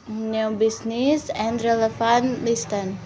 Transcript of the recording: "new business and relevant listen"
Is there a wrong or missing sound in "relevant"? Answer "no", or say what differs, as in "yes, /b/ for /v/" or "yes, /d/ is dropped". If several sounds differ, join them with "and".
yes, /f/ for /v/